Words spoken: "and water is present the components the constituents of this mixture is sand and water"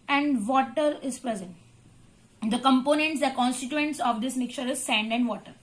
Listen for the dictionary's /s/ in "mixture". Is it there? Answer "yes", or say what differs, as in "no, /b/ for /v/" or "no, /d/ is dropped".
no, /s/ is dropped